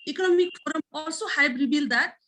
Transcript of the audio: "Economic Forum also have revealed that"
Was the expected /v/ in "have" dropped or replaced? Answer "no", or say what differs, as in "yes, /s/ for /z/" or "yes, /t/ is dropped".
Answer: yes, /b/ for /v/